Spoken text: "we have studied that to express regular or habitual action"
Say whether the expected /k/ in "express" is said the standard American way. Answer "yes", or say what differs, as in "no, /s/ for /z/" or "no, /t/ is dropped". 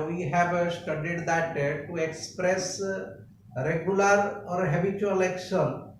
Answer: yes